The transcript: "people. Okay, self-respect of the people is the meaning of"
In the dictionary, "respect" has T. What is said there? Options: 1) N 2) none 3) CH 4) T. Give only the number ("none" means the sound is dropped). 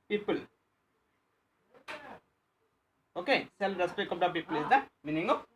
2